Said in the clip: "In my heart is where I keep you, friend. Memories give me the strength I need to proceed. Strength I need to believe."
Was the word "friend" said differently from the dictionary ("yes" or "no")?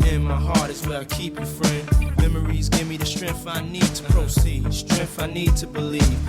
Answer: no